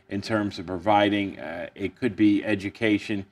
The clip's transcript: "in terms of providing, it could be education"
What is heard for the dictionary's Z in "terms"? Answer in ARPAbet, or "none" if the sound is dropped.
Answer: Z